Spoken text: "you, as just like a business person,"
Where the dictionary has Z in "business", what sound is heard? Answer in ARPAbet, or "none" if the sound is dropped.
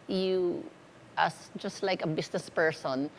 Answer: S